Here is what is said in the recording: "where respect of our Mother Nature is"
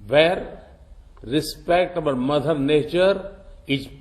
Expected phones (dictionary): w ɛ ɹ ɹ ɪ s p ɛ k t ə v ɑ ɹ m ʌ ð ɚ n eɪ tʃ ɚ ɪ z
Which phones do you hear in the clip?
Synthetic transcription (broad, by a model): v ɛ ɹ ɹ ɪ s p ɛ k t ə b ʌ l m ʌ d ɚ n eɪ tʃ ɚ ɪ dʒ